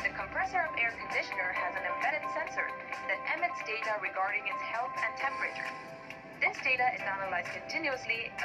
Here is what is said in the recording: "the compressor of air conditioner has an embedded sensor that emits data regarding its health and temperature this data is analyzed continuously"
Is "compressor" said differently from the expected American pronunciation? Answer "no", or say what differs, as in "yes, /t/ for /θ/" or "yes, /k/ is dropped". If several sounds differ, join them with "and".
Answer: no